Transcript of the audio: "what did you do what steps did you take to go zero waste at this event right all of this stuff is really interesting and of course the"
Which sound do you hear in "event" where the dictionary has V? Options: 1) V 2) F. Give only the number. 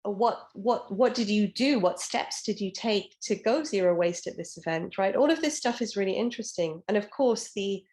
1